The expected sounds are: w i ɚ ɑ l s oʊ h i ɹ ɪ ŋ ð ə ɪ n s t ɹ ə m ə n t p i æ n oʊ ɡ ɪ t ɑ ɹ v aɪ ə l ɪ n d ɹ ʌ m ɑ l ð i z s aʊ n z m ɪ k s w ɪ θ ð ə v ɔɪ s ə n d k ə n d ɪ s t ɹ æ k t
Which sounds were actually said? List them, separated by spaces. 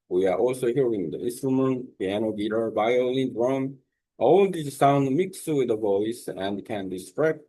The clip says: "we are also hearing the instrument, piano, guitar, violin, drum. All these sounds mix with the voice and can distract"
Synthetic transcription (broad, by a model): w i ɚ ɑ l s oʊ h i ɹ ɪ ŋ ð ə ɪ n s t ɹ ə m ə n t p i æ n oʊ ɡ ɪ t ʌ ɹ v aɪ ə l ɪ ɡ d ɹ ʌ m ɑ l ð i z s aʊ n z m ɪ k s w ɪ ð ə v ɔɪ s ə n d k ə n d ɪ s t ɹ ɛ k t